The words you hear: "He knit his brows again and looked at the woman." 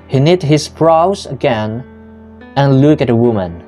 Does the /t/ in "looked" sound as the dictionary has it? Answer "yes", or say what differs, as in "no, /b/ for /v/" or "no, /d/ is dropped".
no, /t/ is dropped